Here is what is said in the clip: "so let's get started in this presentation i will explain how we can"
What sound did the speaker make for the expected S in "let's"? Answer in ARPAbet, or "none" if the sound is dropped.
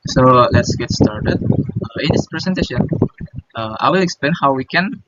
S